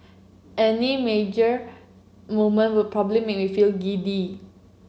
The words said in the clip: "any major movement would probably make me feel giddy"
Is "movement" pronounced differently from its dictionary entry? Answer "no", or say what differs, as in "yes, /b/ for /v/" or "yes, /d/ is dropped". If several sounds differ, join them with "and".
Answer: yes, /v/ is dropped